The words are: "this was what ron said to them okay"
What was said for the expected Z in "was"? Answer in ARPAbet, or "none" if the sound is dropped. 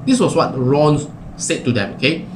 S